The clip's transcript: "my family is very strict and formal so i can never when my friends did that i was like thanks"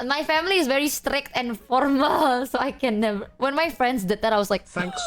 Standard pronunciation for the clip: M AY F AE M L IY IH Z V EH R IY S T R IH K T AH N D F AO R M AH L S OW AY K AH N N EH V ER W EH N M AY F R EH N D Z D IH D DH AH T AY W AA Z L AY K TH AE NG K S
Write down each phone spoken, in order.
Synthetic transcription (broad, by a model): M AY F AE M L IY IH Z V EH R IY S T R IH K T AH N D F AO R M AH L S OW AY K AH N N EH V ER W EH N M AY F R EH N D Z D IH D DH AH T AY W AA S L AY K K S